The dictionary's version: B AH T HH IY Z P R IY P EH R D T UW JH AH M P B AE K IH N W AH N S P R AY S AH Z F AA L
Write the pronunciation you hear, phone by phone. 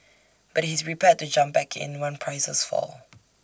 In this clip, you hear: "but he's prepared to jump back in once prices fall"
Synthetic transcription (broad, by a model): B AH T HH IY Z R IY P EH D T UW JH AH M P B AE K IH N W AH N P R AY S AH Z F AA L